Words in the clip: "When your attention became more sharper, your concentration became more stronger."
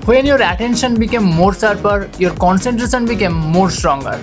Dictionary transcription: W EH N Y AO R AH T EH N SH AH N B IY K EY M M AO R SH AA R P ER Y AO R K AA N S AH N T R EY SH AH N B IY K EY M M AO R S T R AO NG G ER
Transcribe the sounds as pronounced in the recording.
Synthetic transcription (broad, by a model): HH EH N Y AO R AH T EH N SH AH N B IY K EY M M AO R S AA R P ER Y AO R K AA N S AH N T R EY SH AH N B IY K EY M M AO R S T R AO NG G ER